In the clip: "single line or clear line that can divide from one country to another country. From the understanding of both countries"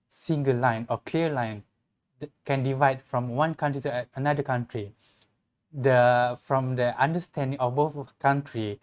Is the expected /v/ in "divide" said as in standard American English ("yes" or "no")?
yes